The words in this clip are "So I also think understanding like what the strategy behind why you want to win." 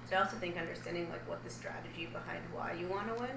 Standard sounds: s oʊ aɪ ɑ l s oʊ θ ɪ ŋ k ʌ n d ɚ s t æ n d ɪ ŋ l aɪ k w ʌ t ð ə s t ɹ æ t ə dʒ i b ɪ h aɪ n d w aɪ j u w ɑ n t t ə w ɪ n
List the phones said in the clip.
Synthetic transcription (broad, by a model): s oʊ aɪ ɑ l s oʊ θ ɪ ŋ k ʌ n d ɚ s t æ n d ɪ ŋ l aɪ k w ʌ t ð ə s t ɹ æ t ə dʒ i b ɪ h aɪ n d w aɪ j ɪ w ɑ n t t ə w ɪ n